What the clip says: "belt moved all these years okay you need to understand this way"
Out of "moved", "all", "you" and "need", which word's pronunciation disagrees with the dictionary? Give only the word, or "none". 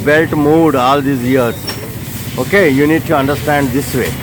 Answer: moved